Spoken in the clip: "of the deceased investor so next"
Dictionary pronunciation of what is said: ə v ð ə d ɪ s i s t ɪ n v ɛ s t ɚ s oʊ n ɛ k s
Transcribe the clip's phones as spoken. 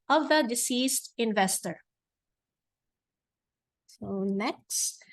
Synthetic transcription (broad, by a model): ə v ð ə d ɪ s i s t ɪ n v ɛ s t ɚ s oʊ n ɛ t s